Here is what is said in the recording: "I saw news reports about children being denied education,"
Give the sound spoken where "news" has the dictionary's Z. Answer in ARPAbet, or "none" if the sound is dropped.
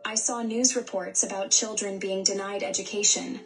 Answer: Z